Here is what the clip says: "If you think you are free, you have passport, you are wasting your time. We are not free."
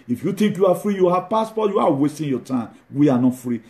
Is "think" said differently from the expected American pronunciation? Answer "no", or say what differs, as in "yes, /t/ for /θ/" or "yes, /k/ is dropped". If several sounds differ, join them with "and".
yes, /t/ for /θ/